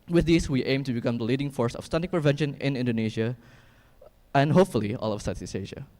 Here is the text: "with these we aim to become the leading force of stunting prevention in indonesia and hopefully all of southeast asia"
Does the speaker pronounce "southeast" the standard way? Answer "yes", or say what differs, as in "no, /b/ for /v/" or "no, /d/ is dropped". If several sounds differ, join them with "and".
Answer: no, /s/ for /θ/ and /t/ is dropped